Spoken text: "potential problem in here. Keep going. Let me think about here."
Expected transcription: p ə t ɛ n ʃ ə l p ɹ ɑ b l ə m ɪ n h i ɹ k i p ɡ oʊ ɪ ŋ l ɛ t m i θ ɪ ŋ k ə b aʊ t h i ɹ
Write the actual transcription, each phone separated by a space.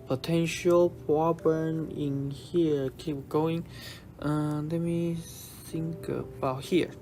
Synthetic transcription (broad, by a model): p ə t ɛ n ʃ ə l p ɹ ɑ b ə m ɪ n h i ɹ k i p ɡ oʊ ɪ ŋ l ɛ t m i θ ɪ ŋ k ə b aʊ t h i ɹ